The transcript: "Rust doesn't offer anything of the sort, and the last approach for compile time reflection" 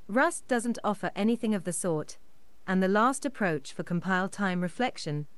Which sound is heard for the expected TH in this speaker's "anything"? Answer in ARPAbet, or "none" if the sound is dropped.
TH